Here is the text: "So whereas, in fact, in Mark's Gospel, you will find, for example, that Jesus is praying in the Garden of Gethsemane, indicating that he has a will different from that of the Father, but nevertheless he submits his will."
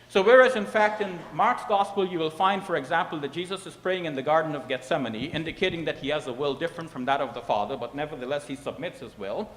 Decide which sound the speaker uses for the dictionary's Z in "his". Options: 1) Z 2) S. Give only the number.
1